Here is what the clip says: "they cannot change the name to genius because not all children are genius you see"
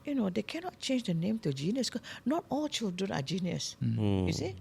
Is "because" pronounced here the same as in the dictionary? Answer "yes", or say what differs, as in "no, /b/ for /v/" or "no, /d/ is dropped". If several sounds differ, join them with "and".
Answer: no, /z/ is dropped